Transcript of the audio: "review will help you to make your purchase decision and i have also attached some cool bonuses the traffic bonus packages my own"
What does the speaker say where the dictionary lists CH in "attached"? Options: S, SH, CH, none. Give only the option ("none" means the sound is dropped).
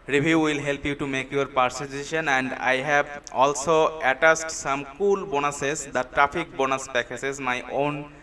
S